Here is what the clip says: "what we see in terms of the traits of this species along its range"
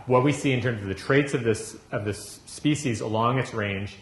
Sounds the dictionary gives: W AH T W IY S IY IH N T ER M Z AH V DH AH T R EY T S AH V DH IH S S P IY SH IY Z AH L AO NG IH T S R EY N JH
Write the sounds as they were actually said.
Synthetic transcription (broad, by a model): W AH T W IY S IY IH N T ER M Z AH V DH AH T R EY T S AH V DH IH S S P IY SH IY Z AH L AO NG IH T S R EY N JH